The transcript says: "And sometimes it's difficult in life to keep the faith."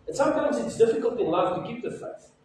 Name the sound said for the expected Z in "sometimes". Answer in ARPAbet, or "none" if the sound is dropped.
Z